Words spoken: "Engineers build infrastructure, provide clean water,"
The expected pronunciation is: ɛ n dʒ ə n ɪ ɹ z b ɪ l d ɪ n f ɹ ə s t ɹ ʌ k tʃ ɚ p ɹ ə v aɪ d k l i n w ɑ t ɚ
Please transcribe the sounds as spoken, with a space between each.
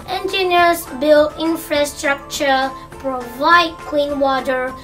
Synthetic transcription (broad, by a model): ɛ n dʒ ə n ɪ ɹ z b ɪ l ɪ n f ɹ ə s t ɹ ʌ k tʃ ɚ p ɹ ə v aɪ d k w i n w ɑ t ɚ